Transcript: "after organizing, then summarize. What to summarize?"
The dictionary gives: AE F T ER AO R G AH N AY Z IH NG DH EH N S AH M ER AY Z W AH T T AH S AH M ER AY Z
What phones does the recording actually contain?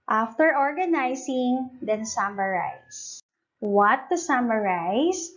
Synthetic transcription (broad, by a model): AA F T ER AO R G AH N AY S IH NG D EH N S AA M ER AY S W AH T T AH S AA M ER AY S